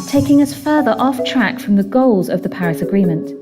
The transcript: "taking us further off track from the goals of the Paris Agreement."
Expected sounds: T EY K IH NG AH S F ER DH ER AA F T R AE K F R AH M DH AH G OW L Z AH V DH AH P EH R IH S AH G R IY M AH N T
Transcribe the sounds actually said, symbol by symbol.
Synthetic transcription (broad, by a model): T EY K IH NG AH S F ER DH ER AA F T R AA K F R AH M DH AH G OW L Z AH V DH AH P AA R IH S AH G R IY M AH N T